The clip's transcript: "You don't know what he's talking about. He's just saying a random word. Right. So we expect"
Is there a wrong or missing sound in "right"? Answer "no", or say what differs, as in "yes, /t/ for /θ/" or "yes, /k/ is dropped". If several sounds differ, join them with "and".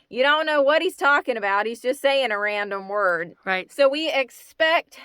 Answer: no